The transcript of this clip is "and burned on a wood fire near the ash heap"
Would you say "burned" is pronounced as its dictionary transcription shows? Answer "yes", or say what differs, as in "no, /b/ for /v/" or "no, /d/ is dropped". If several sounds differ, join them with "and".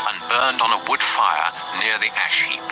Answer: yes